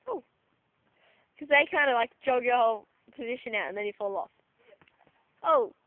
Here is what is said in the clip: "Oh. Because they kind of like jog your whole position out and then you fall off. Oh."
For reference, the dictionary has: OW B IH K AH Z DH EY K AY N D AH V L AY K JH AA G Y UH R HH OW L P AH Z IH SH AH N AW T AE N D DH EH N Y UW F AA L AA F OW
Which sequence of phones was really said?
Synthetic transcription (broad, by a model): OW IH K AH Z DH EY K AY N D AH L AY K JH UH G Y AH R HH OW L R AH Z IH SH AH N AW T N DH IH N Y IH F AA L AA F OW